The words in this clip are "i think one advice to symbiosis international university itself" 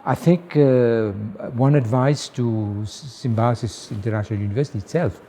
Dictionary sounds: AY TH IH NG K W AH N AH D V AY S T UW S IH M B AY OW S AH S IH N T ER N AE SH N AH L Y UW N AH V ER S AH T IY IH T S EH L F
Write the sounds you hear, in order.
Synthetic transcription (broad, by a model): AY TH IH NG K W AH N AH D V AY S T UW S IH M B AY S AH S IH N T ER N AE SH N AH L Y UW N AH V ER S AH T IY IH T S EH L F